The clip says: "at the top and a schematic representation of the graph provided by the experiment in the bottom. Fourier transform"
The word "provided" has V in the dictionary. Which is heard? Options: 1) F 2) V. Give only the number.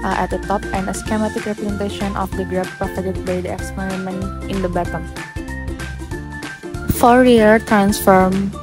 1